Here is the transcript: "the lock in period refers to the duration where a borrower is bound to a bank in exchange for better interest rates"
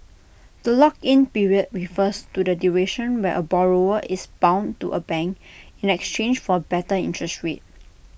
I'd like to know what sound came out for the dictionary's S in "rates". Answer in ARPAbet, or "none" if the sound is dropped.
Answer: none